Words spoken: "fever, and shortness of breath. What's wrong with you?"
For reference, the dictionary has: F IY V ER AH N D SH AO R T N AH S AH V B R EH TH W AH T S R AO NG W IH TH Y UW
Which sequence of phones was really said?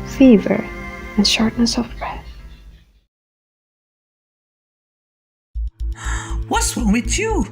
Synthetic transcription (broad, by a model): F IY V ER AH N SH AO R T N AH S AH V B R EH TH W AH T S W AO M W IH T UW